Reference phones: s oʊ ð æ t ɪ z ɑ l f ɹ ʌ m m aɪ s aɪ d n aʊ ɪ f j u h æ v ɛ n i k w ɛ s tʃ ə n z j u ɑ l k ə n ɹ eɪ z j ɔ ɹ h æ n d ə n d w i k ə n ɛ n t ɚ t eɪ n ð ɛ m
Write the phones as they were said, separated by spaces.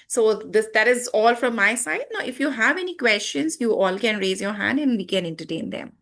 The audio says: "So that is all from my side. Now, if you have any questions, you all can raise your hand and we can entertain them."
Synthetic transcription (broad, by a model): s oʊ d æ t ɪ z ɑ l f ɹ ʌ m m aɪ s aɪ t n aʊ ɪ f j u h æ v ɛ n i k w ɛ s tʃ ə n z j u ɑ l k ə n ɹ eɪ z j ɔ ɹ h æ n d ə n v i k ə n ɛ n t ɚ t eɪ n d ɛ m